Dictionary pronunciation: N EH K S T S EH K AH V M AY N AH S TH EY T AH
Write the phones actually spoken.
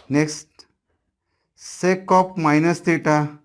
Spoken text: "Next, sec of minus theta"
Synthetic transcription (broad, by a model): N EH K S T S EH K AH P M AY N AH S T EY T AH